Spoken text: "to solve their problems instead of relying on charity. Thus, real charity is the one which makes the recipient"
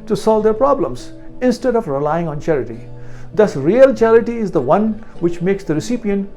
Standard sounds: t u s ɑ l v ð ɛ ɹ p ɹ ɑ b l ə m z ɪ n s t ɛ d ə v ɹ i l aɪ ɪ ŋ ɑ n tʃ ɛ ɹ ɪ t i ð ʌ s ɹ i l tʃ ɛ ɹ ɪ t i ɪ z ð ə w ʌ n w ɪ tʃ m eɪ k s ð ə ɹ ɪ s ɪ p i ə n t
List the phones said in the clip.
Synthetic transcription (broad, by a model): t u s ɑ l v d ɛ ɹ p ɹ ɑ b l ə m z ɪ n s t ɛ d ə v ɹ i l aɪ ɪ ŋ ɑ n tʃ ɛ ɹ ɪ t i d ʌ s ɹ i l tʃ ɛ ɹ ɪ t i ɪ z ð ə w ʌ n w ɪ tʃ m eɪ k s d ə ɹ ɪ s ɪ p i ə n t